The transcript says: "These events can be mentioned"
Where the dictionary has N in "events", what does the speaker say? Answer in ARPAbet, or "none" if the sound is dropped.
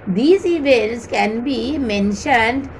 none